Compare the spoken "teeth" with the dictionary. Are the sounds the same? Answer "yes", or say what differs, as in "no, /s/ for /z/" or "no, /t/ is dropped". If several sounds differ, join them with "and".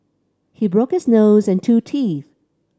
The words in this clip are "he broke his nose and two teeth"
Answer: yes